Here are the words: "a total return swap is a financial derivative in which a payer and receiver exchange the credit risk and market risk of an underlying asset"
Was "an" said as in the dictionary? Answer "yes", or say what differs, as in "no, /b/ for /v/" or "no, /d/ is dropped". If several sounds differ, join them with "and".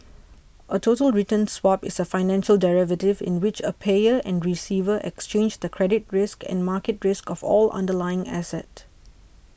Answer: no, /l/ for /n/